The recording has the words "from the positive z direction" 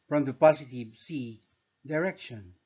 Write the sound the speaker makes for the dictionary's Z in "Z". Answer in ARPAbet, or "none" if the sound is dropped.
S